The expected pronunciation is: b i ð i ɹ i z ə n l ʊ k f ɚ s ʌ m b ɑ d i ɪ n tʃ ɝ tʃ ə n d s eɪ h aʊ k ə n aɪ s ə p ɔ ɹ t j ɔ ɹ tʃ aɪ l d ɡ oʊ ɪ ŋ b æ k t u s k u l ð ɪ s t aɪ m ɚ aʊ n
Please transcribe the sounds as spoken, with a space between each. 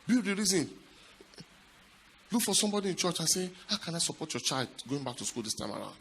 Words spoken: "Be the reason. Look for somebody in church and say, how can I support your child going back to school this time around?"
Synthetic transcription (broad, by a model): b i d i ɹ i z ə n l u k f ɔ s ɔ m b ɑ d i ɪ n tʃ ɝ tʃ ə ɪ s eɪ h aʊ k ə n aɪ s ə p ɔ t j ɔ tʃ aɪ l d ɡ oʊ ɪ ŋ b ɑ k t u s k u l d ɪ s t aɪ m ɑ aʊ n